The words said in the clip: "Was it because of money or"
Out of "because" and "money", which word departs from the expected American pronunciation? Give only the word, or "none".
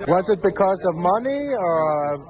none